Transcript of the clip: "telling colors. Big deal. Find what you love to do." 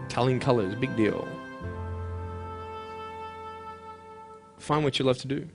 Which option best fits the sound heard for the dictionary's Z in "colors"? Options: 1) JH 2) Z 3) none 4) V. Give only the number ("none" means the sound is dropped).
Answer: 2